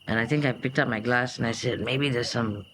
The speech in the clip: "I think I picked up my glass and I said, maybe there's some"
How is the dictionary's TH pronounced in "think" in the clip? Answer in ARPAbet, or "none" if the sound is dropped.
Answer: T